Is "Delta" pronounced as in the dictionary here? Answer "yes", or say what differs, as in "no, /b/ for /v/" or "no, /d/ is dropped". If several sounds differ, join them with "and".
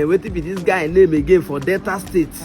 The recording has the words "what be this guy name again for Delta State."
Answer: no, /l/ is dropped